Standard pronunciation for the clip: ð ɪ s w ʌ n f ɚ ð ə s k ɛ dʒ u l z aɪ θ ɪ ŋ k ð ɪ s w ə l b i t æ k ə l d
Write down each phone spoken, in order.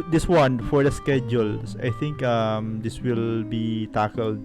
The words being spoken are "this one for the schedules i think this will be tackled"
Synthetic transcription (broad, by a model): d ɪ s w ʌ n f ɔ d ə s k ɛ dʒ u l s aɪ t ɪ ŋ k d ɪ s w ə l b i t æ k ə l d